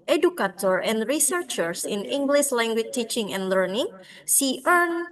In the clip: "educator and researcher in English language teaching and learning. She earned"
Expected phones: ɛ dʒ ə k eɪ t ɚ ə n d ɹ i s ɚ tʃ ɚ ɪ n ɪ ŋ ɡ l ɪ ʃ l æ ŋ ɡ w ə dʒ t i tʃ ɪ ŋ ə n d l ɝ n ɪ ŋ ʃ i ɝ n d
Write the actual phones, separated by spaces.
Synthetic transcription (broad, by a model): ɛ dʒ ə k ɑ t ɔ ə n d ɹ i s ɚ tʃ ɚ ɪ n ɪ ŋ ɡ l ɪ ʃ l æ ŋ ɡ w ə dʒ t i tʃ ɪ ŋ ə n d l ɝ n ɪ ŋ s i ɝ n